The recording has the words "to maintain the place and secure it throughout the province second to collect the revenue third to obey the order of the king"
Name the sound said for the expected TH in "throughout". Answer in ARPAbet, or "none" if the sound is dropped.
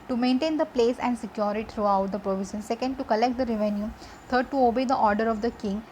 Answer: T